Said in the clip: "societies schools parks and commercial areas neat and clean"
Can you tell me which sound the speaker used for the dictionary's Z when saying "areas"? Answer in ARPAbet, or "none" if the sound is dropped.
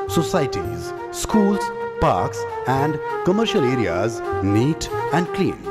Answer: Z